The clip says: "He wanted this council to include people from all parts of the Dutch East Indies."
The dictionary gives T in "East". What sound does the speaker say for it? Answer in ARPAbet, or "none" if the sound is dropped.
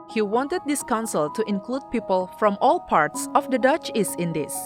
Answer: none